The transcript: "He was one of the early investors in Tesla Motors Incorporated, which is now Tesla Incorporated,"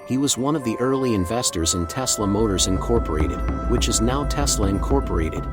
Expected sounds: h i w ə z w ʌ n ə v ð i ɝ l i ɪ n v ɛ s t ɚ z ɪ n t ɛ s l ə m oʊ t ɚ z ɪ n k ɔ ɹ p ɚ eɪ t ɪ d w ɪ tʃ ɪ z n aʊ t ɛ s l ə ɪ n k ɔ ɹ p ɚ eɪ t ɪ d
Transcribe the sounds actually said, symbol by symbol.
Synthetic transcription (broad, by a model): h i w ə z w ʌ n ə v ð i ɝ l i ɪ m v ɛ s t ɚ z ɪ n t ɛ s l ə m oʊ t ɚ z ɪ n k ɔ ɹ p ɚ eɪ t ɪ d w ɪ tʃ ɪ z n aʊ t ɛ s l ə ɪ n k ɔ ɹ p ɚ eɪ t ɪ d